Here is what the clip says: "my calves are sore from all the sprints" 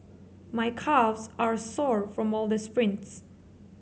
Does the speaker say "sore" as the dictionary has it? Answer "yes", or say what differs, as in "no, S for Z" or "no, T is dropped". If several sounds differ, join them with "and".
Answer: yes